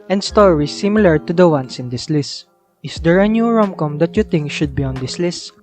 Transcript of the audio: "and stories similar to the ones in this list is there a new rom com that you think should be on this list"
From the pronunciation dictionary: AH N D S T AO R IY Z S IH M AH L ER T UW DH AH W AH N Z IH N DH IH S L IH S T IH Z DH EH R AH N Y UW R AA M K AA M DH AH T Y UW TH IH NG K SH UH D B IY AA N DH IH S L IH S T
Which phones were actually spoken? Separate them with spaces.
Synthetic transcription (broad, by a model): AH N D S T AO R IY S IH M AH L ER T UW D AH W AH N S IH N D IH S L IH S T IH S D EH R AH N Y UW R AA M K AA M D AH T Y UW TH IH NG K SH UH D B IY AA N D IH S L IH S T